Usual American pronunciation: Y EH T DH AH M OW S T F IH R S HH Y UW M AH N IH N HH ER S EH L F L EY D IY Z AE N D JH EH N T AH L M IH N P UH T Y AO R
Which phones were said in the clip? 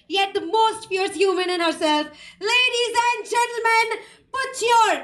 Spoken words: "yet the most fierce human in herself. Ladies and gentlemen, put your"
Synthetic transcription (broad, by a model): Y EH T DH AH M OW S T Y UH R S HH Y UW M AH N IH N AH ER S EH L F L EY D IY Z AE N D JH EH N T L M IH N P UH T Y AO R